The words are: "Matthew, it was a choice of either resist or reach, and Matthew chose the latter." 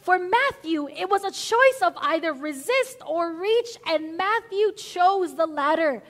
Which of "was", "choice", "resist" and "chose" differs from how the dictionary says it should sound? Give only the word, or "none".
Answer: none